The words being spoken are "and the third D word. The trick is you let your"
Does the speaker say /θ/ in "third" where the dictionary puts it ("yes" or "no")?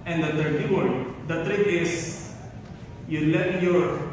no